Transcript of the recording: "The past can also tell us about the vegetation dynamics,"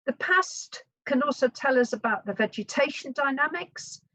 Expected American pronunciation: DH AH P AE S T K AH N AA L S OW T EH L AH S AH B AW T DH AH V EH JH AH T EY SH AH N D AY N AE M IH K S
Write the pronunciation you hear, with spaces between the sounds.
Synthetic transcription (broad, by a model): DH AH P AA S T K AH N AA L S OW T EH L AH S AH B AW T DH AH V EH JH AH T EY SH AH N D AY N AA M IH K S